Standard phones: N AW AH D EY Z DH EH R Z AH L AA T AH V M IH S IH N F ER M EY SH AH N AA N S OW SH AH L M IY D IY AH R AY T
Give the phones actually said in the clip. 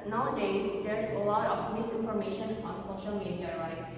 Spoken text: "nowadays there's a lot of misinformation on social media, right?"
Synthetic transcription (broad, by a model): N AW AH D EY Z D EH R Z AH L AA T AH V M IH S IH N F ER M EY SH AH N AA N S OW SH AH L M IY D IY AH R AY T